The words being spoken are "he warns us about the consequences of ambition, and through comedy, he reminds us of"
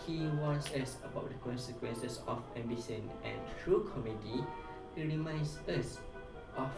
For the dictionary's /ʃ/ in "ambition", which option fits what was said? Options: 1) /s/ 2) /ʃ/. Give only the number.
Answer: 1